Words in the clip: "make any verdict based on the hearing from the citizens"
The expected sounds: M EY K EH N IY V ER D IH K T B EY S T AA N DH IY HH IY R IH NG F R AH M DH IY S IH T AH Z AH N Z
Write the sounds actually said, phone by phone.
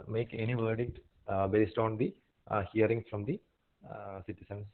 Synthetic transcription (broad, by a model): M EY K EH N IY V ER D IH K T B EY S T AA N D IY HH IY R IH NG F R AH M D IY S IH T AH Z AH N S